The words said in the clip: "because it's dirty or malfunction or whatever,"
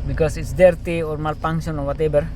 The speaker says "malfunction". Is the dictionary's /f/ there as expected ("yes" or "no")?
no